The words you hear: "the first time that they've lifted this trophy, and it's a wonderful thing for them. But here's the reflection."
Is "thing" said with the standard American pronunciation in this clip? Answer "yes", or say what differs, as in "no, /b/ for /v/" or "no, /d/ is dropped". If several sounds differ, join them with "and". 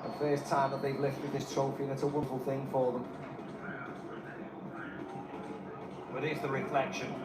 yes